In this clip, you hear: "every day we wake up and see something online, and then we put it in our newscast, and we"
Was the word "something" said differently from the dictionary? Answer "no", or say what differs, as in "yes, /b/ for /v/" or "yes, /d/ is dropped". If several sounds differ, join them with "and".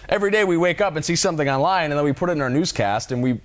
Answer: no